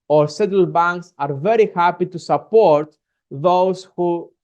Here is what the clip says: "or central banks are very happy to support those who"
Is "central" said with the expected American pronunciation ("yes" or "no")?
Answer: no